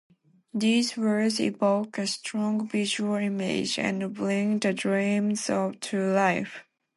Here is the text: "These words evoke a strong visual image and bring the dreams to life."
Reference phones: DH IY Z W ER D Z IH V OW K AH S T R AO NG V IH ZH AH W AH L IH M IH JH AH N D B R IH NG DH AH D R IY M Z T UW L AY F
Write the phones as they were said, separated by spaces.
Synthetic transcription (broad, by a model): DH IY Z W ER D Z IH V OW K AH S T R AO NG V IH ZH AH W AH L IH M IH JH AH N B L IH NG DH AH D R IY M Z T UW L AY F